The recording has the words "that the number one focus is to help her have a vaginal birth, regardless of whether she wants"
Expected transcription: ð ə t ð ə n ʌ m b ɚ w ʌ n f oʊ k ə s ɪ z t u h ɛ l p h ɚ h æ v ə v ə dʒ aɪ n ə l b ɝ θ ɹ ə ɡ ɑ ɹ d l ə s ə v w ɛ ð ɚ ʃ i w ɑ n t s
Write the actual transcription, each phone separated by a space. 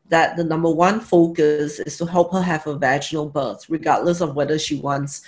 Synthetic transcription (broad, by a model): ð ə t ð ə n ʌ m b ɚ w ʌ n f oʊ k ə s ɪ s t u h ɛ l p h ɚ h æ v ə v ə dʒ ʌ n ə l b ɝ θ ɹ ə ɡ ɑ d l ə s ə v w ɛ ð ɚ ʃ i w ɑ n t s